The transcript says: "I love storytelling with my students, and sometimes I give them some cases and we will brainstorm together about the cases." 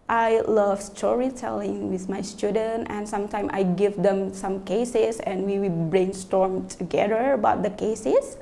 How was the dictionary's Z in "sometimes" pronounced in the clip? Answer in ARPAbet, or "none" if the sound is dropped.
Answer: none